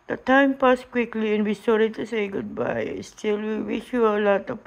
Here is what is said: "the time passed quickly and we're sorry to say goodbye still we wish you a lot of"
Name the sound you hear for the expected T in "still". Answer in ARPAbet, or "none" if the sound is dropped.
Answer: S